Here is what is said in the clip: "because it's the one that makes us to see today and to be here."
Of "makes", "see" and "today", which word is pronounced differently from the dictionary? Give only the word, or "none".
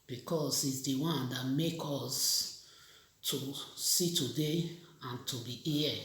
makes